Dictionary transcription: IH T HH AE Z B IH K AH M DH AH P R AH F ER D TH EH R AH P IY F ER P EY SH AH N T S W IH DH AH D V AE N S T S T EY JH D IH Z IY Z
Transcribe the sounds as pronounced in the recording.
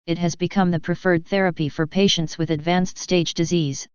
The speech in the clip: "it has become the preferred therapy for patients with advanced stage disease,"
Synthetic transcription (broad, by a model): IH T HH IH Z B IH K AH M DH AH P R AH F ER D TH EH R AH P IY F ER P EY SH AH N T S W IH DH AH D V AE N S T S T EY JH D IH Z IY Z